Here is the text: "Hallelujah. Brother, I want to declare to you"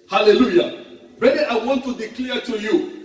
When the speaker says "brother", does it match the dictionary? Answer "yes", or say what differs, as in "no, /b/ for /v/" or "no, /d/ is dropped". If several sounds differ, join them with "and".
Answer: no, /ɹ/ is dropped